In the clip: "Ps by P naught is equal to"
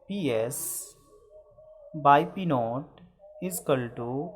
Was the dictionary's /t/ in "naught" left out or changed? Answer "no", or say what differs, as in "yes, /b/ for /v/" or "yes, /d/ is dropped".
no